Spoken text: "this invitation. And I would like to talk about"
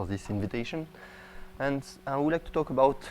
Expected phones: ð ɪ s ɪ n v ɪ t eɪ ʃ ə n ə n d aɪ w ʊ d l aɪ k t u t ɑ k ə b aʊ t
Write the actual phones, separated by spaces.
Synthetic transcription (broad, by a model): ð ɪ s ɪ n v ɪ t eɪ ʃ ə n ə n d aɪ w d l aɪ k t u t ɑ k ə b aʊ t